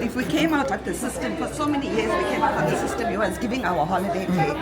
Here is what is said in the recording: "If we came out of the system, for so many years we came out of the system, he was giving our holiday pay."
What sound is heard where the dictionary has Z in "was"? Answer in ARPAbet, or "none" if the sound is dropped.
S